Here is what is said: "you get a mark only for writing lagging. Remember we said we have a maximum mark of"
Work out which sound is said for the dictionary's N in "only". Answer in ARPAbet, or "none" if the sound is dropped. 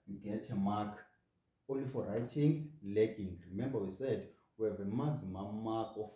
none